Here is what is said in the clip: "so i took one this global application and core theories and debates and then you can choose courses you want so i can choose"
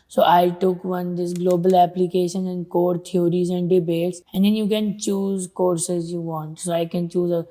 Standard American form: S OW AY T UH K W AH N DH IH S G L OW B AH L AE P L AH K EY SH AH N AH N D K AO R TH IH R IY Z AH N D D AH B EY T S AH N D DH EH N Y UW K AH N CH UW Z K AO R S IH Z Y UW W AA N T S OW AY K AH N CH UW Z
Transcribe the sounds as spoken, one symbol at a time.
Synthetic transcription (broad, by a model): S OW AY T UH K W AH N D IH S G L OW B AH L AE P L AH K EY SH AH N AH N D K AO R T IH R IY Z AH N D D AH B EY T S AH N D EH N Y UW K AH N CH UW Z K AO R S IH Z Y UW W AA N T S OW AY K AH N CH UW Z